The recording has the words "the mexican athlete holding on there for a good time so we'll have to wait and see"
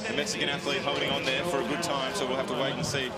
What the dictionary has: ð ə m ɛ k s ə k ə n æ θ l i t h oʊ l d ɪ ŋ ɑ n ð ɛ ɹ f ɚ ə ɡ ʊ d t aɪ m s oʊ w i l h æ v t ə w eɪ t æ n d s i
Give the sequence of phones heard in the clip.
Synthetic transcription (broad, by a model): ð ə m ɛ k s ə k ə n æ θ l i t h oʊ d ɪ ŋ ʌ n ð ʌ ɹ f ɚ ə ɡ ʊ d t aɪ m s oʊ w i l h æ f t ə w eɪ t n s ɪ